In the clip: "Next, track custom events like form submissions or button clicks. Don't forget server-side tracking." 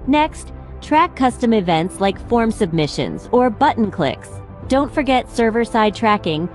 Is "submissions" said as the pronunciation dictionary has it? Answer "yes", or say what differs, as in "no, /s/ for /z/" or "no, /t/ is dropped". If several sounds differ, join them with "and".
yes